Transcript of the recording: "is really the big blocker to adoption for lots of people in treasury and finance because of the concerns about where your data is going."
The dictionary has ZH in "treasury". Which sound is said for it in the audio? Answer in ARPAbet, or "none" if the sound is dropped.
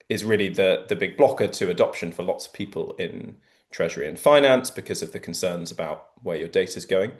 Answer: ZH